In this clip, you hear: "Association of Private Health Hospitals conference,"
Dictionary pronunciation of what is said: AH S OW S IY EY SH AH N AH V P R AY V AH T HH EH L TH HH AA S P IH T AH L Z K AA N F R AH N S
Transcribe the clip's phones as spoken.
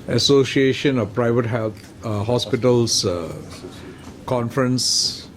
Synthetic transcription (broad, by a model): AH S OW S IY EY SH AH N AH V P R AY V AH T HH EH L T HH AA S P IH T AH L S K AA N F R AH N S